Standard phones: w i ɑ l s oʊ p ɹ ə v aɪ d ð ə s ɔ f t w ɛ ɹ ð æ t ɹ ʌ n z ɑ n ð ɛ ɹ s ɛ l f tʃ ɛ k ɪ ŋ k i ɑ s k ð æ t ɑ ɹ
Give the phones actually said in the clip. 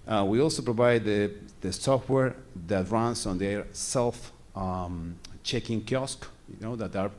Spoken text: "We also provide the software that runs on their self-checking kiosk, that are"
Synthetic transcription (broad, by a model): w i ɑ l s oʊ p ɹ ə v aɪ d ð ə s ɔ f t w ɛ ɹ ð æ t ɹ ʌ n s ɑ n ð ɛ ɹ s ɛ l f tʃ ɛ k ɪ ŋ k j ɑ s k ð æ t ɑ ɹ